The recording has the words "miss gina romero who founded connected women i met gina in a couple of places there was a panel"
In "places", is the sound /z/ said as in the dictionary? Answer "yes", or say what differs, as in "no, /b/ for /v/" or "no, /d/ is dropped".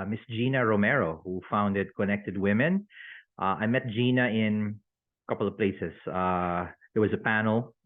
no, /s/ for /z/